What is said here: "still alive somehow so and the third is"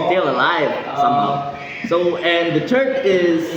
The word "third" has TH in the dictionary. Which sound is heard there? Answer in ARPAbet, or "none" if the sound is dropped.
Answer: T